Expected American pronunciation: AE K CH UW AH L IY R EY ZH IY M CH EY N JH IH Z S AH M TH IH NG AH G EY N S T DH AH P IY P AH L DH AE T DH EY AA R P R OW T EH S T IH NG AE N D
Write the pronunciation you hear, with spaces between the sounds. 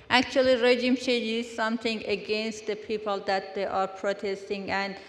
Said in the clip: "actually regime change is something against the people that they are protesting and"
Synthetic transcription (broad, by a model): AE K CH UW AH L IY R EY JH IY M SH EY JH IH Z S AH M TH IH NG AH G EY N S T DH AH P IY P AH L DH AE T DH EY AA R P R OW T EH S T IH NG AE N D